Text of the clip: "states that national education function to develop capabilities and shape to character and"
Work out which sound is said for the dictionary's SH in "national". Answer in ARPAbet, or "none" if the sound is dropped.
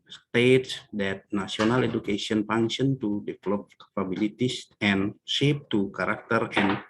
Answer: S